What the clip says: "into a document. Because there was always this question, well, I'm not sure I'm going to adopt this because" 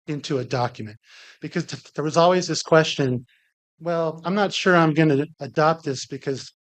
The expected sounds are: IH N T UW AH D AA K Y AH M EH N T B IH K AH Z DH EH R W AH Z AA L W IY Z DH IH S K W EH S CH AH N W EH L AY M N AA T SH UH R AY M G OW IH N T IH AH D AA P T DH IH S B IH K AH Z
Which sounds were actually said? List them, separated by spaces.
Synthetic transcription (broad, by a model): IH N T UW AH D AA K Y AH M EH N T B IH K AH Z DH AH R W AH Z AA L W IY Z DH IH S K W EH S CH AH N W EH L AY M N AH T SH UH R AY M G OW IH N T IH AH D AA P T DH IH S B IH K AH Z